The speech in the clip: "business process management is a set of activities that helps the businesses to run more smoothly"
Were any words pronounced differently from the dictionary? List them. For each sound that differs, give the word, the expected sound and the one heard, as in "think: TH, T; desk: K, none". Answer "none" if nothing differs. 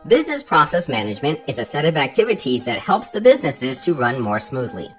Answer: none